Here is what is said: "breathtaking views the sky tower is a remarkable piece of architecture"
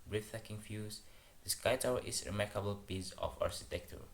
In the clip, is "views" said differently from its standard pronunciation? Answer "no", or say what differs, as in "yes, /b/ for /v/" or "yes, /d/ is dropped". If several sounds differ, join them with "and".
yes, /f/ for /v/